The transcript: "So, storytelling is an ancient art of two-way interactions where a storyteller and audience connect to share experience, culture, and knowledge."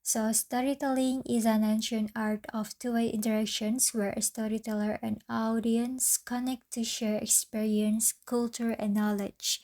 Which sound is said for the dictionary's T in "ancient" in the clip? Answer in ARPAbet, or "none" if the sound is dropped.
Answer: none